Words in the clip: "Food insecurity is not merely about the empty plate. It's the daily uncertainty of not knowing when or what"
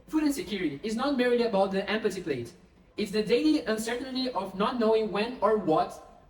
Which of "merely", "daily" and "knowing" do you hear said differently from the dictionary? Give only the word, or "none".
merely